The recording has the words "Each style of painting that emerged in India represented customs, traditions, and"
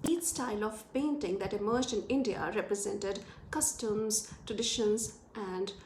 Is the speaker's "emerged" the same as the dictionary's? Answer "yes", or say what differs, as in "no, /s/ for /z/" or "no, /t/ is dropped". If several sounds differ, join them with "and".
no, /d/ is dropped